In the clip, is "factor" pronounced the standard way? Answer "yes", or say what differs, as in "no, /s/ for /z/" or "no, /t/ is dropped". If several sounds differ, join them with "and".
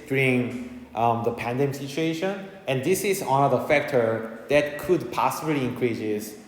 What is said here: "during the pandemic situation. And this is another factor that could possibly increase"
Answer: yes